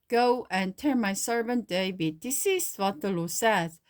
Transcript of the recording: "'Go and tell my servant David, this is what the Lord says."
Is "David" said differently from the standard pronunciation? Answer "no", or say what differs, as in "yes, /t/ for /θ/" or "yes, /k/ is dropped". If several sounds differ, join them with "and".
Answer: yes, /w/ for /v/